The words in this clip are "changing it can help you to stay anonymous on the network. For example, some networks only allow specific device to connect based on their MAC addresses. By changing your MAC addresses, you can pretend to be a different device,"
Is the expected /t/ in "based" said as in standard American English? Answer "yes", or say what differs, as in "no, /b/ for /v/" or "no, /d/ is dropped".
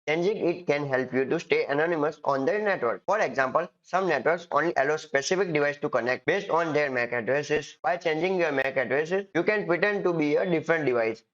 yes